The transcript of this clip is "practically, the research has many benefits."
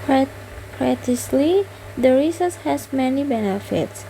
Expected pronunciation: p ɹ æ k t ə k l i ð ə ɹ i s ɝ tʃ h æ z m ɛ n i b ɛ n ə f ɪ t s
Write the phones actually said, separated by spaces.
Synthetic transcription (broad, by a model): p ɹ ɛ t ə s l i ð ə ɹ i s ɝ s h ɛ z m ɛ n i b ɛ n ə f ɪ t s